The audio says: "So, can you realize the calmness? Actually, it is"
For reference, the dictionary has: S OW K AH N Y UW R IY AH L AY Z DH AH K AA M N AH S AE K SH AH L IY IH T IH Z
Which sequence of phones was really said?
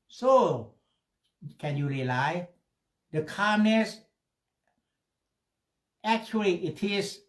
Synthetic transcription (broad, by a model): S OW K AH N Y UW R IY L AY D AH K AA M N AH S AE K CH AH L IY IH T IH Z